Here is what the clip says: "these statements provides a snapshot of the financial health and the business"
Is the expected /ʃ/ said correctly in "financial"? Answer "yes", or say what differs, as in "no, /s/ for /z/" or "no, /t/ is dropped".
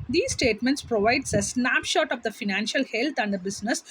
yes